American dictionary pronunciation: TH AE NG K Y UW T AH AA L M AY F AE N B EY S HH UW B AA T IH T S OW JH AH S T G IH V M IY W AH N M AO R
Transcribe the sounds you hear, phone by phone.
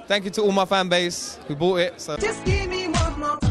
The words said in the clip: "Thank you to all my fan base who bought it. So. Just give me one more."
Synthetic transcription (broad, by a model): TH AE NG K Y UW T AH AA L M AY F AE N B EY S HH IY B AA T IH T S OW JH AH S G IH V M IY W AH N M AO